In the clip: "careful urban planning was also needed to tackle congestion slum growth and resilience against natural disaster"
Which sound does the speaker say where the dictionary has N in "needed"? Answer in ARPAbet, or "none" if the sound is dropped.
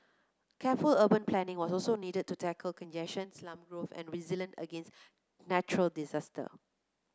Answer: N